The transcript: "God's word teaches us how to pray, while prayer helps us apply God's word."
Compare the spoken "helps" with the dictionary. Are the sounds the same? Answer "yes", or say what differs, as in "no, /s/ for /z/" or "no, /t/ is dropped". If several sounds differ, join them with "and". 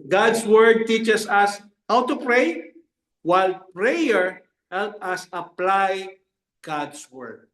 no, /s/ is dropped